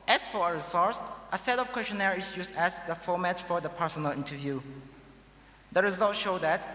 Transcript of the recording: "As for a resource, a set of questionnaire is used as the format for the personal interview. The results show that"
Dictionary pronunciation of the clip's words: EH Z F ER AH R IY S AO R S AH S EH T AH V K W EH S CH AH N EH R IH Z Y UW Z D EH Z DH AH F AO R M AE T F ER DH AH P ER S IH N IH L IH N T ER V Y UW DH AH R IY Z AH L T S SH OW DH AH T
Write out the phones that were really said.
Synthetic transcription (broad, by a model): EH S F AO AH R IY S AO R S AH S EH T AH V K W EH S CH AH N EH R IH S Y UW S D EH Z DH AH F AO M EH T F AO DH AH P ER S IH N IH L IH N T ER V Y UW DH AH R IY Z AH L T SH OW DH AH T